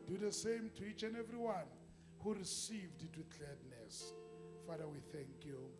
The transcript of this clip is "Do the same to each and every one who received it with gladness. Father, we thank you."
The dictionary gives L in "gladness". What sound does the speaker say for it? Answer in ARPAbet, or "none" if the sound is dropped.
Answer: none